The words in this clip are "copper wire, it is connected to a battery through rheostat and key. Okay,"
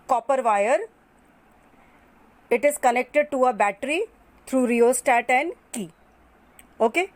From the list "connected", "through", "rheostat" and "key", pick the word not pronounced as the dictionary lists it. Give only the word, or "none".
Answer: through